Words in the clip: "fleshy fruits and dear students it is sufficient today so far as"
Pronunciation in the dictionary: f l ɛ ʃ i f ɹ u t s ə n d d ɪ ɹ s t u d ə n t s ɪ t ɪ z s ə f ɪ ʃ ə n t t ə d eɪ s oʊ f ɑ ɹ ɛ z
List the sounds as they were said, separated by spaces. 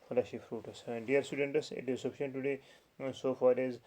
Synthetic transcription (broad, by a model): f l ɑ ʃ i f ɹ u t ə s d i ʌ ɹ s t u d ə n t s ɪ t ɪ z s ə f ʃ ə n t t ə d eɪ s oʊ f ɑ ɹ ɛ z